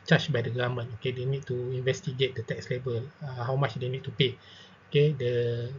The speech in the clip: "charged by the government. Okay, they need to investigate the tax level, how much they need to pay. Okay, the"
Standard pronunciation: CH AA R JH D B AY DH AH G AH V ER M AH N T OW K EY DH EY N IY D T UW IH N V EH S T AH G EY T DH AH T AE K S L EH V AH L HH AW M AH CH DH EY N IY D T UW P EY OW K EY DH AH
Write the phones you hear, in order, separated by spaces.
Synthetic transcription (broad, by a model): CH AA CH B AY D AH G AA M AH N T OW K EY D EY N IY D T UW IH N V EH S T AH G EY T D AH T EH K S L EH B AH L HH AW M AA CH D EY N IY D T UW P EY OW K EY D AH